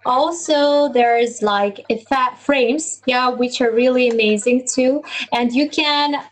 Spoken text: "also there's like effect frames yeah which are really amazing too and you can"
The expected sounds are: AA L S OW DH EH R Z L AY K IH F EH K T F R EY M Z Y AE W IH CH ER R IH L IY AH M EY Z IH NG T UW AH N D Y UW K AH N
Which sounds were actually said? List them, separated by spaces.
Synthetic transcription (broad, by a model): AA L S OW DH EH R Z L AY K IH F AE T F R EY M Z Y AE W IH CH ER R IH L IY AH M EY Z IH NG T UW AH N D Y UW K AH N